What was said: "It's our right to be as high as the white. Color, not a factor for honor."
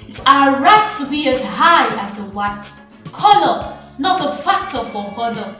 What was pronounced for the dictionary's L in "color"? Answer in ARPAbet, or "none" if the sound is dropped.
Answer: N